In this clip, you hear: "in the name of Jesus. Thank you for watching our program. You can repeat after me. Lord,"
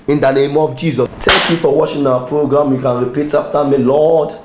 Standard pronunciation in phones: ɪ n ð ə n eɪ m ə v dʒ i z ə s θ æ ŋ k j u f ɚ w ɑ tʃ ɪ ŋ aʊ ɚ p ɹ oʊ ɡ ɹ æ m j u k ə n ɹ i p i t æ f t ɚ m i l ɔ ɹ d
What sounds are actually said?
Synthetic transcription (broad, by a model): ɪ n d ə n eɪ m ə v dʒ i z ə s t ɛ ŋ k j u f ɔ w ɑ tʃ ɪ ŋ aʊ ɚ p ɹ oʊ ɡ ɹ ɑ m j u k ə n ɹ i p i t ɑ f t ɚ m i l ɔ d